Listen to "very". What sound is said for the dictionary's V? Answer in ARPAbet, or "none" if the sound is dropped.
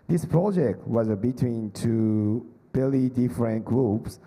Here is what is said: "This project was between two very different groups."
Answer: B